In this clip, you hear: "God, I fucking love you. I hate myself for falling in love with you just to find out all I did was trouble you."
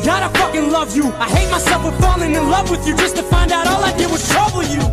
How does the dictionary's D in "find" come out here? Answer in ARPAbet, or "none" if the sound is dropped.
D